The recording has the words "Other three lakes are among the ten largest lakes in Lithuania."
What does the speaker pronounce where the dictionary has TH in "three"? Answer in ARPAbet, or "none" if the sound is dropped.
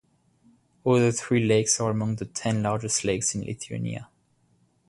TH